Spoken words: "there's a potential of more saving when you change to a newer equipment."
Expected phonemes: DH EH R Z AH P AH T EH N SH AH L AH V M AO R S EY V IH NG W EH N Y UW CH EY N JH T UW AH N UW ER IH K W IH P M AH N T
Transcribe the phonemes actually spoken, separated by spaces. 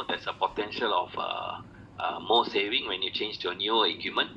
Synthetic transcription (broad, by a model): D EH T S AH P AH T EH N SH AH L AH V M AO S EY V IH NG W EH N Y UW CH EY N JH T UW AH N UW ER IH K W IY M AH N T